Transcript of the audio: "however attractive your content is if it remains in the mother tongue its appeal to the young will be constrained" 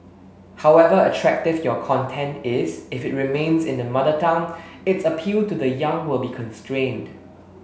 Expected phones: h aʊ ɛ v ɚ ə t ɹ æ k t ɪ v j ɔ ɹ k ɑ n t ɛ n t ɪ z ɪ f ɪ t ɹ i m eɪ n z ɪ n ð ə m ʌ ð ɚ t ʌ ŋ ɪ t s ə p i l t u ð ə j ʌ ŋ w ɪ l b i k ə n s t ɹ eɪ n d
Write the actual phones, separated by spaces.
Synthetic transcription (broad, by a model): h aʊ ɛ v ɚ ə t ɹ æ k t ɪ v j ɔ k ɑ n t ɛ n t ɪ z ɪ f ɪ t ɹ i m eɪ n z ɪ n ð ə m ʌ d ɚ t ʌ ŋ ɪ t s ə p i l t u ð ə j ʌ ŋ w ɪ l b i k ə n s t ɹ eɪ n d